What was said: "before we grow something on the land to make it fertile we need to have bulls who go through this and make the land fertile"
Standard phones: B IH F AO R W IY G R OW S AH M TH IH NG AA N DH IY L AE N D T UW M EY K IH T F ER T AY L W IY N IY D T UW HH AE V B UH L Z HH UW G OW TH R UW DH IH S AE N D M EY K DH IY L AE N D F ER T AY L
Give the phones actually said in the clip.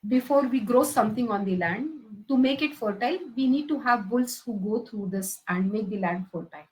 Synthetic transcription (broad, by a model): B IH F AO R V IY G R OW S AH M T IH NG AA N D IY L AE N D T UW M EY K IH T F ER T AY L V IY N IY D T UW HH AE V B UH L S HH UW G OW T R UW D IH S AE N D M EY K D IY L AE N D F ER T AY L